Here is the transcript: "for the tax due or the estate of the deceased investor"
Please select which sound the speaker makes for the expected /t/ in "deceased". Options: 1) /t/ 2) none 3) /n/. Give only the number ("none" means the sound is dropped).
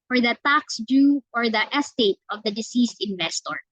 1